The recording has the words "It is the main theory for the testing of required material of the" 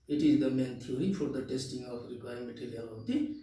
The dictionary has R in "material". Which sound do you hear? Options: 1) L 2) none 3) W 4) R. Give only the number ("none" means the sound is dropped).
1